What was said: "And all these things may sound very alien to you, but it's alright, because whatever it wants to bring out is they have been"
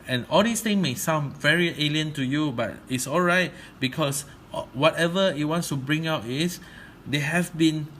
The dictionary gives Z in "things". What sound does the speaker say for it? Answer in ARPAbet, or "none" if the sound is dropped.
none